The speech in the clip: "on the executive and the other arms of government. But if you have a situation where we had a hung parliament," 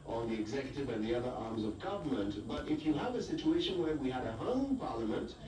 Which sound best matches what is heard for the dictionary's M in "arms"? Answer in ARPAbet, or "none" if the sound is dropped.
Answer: M